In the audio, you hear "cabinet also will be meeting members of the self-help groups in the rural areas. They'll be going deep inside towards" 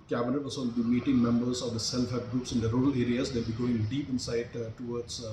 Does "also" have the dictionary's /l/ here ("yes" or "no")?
no